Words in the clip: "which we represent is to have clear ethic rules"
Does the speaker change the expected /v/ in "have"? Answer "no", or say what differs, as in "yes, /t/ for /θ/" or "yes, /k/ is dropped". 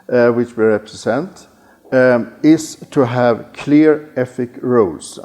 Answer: no